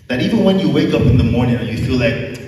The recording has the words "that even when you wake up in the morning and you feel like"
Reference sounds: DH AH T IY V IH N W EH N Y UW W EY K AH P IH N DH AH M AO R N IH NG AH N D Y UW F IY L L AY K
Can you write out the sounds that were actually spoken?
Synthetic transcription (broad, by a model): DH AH T IY V IH N W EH N Y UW W EY K AH P IH N DH AH M AO R N IH NG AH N Y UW F IY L L AY K